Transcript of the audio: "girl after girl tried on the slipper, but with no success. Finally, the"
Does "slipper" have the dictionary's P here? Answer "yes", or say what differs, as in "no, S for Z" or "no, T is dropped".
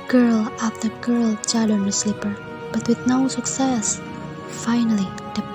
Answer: yes